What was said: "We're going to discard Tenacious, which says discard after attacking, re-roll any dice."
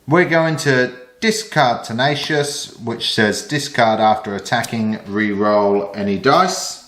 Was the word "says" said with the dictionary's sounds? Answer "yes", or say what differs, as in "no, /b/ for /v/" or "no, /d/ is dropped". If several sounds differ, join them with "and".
yes